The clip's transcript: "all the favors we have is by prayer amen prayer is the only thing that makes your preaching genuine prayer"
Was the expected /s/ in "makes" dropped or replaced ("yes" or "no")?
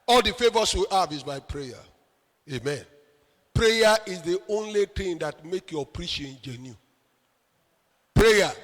yes